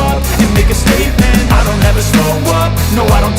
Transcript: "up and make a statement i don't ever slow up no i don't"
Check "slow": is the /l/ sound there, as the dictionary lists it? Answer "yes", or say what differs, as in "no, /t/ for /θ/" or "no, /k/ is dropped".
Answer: no, /l/ is dropped